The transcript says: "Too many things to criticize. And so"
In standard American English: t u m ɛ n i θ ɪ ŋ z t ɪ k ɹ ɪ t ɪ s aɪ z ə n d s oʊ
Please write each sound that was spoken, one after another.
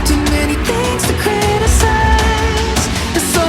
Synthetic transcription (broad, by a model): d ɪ m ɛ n i θ ɪ ŋ z t ɪ k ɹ ɪ t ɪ s aɪ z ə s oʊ